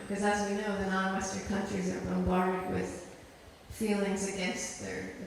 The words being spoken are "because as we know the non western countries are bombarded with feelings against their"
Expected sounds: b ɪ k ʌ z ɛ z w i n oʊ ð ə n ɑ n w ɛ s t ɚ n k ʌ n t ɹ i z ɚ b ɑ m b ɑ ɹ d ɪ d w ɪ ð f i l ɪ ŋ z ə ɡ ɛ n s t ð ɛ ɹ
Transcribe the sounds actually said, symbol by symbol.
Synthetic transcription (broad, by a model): k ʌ z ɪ z w i n oʊ ð ə n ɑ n w ɛ s t ɚ n k ʌ n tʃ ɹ i z ɚ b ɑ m b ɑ ɹ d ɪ d w ɪ ð f i l ɪ ŋ z ə ɡ ɛ n s t ð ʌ ɹ